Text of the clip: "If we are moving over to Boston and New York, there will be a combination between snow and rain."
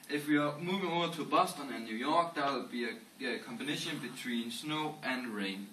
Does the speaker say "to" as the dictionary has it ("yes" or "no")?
no